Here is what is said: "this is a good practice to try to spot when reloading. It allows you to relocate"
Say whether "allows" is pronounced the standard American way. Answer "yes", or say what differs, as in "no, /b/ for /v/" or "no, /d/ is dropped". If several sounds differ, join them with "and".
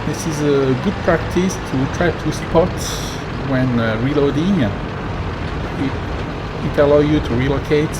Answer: no, /z/ is dropped